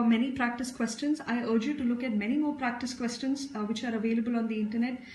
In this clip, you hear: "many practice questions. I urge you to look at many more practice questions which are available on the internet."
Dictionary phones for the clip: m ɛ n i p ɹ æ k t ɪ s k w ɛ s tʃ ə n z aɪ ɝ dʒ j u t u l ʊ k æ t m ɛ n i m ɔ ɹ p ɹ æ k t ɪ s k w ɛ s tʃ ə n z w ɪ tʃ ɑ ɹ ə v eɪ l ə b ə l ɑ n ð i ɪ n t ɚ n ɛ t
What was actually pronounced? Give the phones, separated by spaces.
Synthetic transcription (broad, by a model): m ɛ n i p ɹ æ k t ɪ s k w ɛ s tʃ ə n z aɪ ɝ dʒ j u t u l ʊ k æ t m ɛ n i m ɔ ɹ p ɹ æ k t ɪ s k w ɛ s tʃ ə n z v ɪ tʃ ɑ ɹ ə v eɪ l ə b ə l ɑ n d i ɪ n t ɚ n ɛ t